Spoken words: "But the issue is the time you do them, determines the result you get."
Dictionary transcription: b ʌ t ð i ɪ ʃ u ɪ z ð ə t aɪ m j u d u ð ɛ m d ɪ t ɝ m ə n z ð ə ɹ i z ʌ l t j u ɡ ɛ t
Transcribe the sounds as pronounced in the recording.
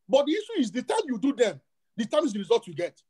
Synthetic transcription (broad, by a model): b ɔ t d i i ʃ u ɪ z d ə t aɪ m j u d u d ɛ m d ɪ t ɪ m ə z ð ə ɹ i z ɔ l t j u ɡ ɛ t